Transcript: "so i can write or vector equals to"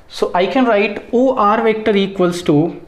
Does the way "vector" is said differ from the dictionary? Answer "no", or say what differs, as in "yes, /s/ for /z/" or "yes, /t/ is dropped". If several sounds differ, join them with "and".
no